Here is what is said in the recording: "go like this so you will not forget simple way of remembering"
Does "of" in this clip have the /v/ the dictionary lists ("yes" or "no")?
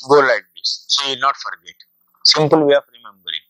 no